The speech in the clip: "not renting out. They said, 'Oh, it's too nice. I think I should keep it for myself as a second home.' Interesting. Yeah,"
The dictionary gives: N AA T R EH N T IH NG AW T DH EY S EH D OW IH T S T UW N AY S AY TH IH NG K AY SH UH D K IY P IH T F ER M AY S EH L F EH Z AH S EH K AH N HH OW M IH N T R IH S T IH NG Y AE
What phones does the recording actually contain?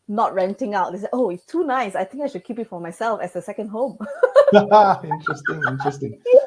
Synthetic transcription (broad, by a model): N AA T R EH N T IH NG AW T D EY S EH OW IH T S T UW N AY S AY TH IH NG K AY SH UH D K IY P IH T F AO M AY S EH L F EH S AH S EH K AH N HH OW M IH N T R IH S T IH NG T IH